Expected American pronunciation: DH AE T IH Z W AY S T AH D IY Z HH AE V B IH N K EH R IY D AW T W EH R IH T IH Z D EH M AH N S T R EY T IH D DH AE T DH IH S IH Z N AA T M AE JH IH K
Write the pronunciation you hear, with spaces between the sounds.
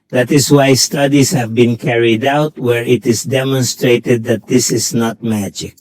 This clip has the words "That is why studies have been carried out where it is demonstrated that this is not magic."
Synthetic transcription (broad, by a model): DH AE T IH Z W AY S T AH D IY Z HH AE V B IH N K EH R IY D AW T W EH R IH T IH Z D EH M AH N S T R EY T IH D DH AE T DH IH S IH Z N AA T M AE JH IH K